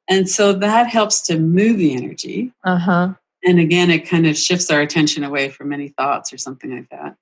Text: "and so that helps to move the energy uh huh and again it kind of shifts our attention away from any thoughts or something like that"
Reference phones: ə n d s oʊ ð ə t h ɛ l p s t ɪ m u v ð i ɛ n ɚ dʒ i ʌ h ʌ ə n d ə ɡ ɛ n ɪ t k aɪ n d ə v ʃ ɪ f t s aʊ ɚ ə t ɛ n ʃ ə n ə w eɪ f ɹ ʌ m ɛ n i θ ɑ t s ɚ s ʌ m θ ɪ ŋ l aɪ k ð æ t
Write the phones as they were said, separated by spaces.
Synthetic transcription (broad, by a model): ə n s oʊ ð ə t h ɛ l p s t ɪ m u v ð i ɛ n ɚ dʒ i ʌ h ʌ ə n ə ɡ ɛ n ɪ t k aɪ n d ə v ʃ ɪ f t s aʊ ɚ ə t ɛ n ʃ ə n ə w eɪ f ɹ ʌ m ɛ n i θ ɑ t s ɚ s ʌ m θ ɪ ŋ l aɪ k ð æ t